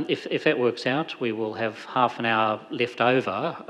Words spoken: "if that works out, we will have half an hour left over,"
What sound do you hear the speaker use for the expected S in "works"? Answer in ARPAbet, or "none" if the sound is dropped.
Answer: S